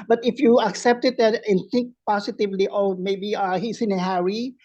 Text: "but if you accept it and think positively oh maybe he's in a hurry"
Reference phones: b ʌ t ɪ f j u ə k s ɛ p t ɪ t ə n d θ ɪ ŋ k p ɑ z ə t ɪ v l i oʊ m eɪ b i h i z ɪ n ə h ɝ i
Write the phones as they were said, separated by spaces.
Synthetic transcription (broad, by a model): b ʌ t ɪ f j u ə k s ɛ p t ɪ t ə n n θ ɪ ŋ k p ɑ s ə t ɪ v l i oʊ m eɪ b i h i s ɪ n ə h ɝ i